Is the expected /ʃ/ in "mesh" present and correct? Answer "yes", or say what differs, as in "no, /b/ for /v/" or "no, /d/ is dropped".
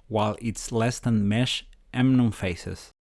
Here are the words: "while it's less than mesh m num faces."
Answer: yes